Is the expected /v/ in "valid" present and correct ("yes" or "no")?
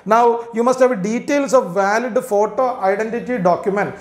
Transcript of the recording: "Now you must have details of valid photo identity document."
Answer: yes